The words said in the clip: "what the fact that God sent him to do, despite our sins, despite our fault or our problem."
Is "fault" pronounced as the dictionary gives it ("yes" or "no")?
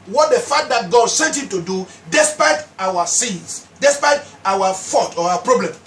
no